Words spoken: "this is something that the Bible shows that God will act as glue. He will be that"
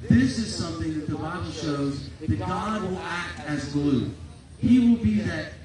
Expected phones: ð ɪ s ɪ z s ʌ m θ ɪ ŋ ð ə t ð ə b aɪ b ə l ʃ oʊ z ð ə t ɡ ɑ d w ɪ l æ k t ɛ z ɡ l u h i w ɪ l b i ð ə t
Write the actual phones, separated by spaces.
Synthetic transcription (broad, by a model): ð ɪ s ɪ z s ʌ m θ ɪ ŋ ð ə t ð ə b aɪ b l ʃ oʊ z ð ə t ɡ ɑ d w ɪ l æ k t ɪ z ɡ l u h i w ɪ l b i ð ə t